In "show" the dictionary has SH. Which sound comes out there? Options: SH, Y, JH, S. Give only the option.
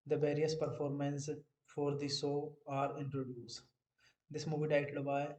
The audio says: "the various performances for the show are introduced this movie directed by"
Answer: S